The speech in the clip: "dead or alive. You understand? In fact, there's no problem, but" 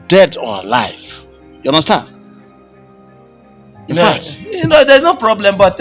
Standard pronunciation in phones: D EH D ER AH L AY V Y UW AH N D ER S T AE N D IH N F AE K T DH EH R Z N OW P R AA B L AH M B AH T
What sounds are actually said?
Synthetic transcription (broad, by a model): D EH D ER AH L AY F Y UW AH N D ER S T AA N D IH N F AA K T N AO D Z N OW P R AA B L AH M B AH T